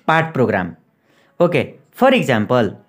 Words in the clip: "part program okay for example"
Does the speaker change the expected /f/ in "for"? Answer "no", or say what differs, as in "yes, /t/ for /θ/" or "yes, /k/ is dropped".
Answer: yes, /p/ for /f/